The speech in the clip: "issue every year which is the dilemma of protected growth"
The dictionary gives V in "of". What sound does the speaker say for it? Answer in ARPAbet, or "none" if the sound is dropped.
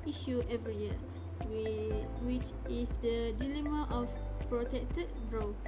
F